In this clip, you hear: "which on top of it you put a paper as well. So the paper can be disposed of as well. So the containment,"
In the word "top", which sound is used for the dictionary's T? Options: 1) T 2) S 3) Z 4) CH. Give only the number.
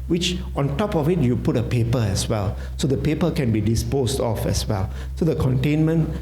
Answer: 1